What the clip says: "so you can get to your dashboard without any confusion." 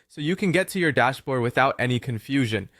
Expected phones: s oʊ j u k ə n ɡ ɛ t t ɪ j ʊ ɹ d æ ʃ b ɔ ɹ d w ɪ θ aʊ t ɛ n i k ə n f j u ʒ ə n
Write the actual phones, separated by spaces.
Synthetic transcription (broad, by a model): s oʊ j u k ə n ɡ ɛ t t ɪ j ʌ ɹ d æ ʃ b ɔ ɹ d w ɪ θ aʊ t ɛ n i k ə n f j u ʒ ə n